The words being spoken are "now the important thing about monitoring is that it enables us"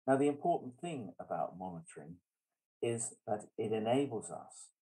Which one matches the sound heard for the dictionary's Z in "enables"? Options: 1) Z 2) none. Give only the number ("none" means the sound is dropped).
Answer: 1